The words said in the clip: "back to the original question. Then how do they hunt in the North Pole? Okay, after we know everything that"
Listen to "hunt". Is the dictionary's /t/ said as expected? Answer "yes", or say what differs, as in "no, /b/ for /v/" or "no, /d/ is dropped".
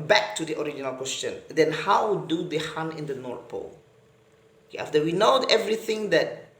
no, /t/ is dropped